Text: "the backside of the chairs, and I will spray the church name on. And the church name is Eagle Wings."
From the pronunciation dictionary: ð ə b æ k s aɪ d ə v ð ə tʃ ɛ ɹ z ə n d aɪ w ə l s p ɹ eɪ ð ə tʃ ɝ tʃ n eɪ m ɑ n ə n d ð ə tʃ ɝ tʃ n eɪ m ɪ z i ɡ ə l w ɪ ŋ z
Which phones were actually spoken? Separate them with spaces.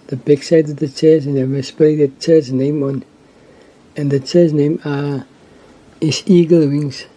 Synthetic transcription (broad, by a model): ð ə b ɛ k s aɪ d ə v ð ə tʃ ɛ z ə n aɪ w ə s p eɪ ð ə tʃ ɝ s n eɪ m ɑ n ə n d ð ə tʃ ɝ s n eɪ m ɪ s i ɡ ə l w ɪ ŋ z